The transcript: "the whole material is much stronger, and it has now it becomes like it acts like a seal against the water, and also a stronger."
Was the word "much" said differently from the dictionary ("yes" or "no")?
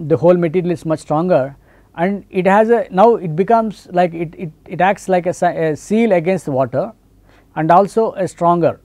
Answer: no